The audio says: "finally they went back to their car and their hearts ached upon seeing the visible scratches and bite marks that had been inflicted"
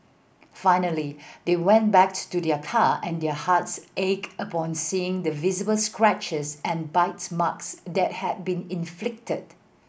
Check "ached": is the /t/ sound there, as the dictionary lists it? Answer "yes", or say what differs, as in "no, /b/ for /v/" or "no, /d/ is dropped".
no, /t/ is dropped